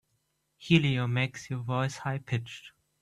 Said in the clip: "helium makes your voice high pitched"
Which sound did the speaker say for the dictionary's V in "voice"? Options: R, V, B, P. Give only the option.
V